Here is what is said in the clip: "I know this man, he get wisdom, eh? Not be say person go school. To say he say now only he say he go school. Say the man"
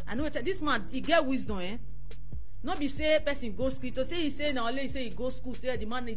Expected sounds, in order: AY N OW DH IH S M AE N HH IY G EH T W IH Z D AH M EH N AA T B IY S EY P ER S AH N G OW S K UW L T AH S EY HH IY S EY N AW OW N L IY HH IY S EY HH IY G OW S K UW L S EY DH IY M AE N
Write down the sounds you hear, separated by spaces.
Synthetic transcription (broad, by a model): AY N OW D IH S M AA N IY G EH T W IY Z D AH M EH N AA B IY S EY P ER S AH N G OW S K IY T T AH S EY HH IY S EY N AW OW L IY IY S EY IY G OW S K UW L S EY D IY M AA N